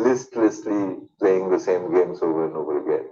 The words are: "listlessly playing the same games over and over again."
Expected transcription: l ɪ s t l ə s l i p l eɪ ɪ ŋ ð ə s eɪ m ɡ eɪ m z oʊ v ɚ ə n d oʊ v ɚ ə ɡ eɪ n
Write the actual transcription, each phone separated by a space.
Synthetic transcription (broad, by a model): l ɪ s t l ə s l i p l eɪ ɪ ŋ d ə s eɪ m ɡ eɪ m s oʊ v ɚ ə n oʊ v ɚ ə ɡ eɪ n